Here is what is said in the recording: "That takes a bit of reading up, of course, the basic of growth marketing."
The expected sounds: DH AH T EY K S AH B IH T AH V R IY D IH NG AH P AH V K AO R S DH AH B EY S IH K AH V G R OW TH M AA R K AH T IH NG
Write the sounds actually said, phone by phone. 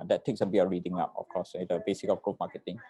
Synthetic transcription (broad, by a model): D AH T EY K S AH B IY AH R IY D IH NG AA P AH F K AO S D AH B EY S IH K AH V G OW M AA K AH T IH NG